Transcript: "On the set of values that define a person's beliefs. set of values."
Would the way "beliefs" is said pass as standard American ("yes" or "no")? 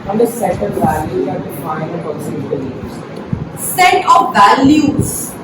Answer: no